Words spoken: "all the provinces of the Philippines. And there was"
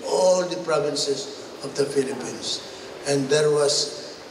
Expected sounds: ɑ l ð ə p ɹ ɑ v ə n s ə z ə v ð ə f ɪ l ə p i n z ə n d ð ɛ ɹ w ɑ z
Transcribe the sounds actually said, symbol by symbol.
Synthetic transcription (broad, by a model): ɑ l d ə p ɹ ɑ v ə n s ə s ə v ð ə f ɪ l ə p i n s ə n d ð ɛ ɹ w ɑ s